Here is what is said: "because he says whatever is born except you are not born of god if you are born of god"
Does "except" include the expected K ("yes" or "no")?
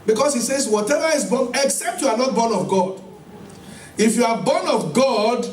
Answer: yes